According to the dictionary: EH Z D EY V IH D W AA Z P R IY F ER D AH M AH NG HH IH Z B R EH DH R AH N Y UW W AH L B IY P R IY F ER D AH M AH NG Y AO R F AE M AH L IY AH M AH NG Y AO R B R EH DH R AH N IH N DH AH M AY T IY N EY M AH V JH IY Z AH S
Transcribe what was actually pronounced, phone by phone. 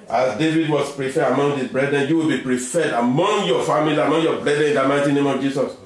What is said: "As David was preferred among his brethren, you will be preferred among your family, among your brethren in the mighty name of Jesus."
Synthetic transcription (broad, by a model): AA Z D EY V IH D W AA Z P R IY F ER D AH M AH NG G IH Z B R EH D R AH N Y UW W AH L B IY P R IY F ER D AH M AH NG Y AO F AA M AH L IY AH M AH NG Y AO B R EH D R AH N IH N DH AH M AY T IY N EY M AH V JH IY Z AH S